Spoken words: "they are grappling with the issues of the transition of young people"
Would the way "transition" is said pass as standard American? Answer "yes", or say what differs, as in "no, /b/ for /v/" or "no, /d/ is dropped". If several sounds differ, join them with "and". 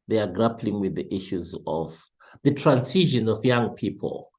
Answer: no, /s/ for /z/